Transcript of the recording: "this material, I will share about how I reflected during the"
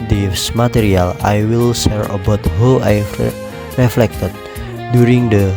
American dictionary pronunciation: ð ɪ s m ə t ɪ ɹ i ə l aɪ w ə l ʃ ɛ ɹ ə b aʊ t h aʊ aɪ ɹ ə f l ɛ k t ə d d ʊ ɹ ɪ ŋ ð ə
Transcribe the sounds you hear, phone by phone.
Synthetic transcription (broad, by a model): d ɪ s m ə t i ɹ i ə l aɪ w ə l s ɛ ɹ ə b aʊ t h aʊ aɪ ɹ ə f l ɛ k t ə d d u ɹ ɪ ŋ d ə